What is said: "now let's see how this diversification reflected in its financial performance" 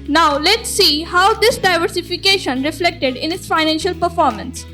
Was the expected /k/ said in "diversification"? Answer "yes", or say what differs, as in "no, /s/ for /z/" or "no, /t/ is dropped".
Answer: yes